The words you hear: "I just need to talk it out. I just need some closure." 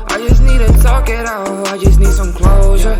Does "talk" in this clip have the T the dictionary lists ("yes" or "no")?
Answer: no